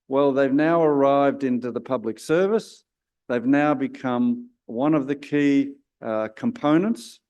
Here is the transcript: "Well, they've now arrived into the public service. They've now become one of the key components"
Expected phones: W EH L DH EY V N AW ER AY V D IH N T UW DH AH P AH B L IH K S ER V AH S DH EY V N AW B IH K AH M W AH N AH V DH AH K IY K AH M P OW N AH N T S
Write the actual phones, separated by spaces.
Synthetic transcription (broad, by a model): W EH L DH EY V N AW ER AY V D IH N T UW DH AH P AH B L IH K S ER V AH S DH EY V N AW B IH K AH M W AH N AH V DH AH K IY K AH M P OW N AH N T S